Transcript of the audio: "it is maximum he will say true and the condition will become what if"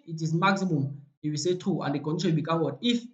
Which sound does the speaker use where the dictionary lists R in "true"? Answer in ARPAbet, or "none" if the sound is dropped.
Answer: none